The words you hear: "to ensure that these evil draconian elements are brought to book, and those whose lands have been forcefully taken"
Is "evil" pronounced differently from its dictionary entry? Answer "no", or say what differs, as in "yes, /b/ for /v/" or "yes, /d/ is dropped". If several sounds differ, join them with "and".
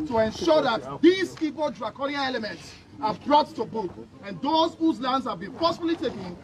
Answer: yes, /p/ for /v/